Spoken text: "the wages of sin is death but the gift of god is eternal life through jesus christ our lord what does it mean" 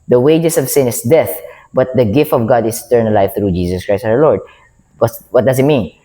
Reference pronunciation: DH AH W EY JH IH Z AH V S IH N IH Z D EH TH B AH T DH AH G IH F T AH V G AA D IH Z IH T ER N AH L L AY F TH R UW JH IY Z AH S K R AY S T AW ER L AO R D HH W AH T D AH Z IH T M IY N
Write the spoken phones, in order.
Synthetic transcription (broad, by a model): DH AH W EY JH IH S AH V S IH N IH S D EH TH B AH T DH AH G IH F T AH V G AA D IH S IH T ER N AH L L AY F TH R UW JH IY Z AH S K R AY S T AW ER L AO R D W W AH T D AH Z IH T M IY N